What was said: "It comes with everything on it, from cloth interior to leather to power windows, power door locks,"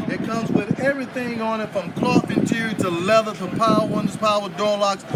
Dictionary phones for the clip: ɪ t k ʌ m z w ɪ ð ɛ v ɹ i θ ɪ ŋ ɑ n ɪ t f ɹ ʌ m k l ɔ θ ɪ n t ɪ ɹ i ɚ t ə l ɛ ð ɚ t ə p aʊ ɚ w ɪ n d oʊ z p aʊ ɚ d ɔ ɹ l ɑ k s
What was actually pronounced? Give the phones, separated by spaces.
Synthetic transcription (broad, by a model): ɪ t k ʌ m z w ɪ ð ɛ v ɹ i θ ɪ ŋ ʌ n ɪ t f ɹ ʌ m k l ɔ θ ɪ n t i t ə l ɛ ð ɚ t ə p aʊ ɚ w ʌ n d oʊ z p aʊ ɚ d ɔ ɹ l ɑ k s